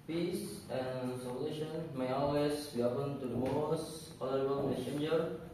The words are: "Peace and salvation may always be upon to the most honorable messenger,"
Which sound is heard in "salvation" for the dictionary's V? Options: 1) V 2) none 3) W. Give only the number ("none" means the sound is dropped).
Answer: 2